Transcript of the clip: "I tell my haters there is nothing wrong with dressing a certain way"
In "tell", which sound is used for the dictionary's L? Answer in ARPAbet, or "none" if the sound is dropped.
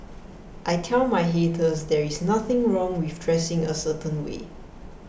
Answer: N